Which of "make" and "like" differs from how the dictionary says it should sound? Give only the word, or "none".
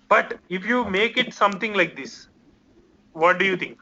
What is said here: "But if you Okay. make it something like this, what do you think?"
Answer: none